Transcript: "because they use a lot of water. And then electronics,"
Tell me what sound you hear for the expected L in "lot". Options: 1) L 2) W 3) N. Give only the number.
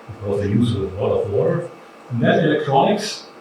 2